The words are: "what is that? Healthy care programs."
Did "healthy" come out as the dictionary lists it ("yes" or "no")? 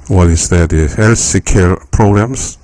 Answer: no